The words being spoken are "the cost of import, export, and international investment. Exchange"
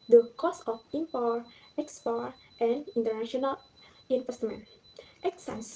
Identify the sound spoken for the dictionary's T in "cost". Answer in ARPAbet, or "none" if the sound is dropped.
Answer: none